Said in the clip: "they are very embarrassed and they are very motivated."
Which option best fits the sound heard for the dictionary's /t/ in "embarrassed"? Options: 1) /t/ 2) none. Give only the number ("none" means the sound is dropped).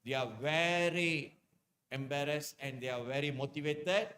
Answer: 2